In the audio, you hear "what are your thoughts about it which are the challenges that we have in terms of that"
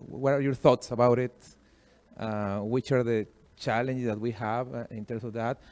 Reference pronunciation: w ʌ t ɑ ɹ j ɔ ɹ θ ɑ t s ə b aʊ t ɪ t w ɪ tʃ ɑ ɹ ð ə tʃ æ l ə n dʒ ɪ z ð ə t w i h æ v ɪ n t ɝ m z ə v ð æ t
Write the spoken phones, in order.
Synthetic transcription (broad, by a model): w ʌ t ɑ ɹ j ɔ ɹ θ ɑ t s ə b aʊ t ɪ t w ɪ tʃ ɑ ɹ ð ə tʃ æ l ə n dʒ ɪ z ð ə t w i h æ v ɪ n t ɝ m s ə v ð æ t